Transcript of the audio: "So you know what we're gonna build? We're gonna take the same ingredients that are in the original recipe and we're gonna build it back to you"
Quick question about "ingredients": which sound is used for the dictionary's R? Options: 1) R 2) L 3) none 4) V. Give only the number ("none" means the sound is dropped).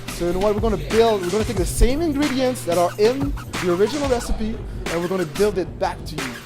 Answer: 1